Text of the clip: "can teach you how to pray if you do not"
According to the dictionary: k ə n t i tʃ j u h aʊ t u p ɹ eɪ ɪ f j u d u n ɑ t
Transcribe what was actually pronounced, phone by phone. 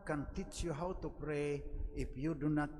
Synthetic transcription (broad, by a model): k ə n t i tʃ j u h aʊ t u p ɹ eɪ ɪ p j u d u n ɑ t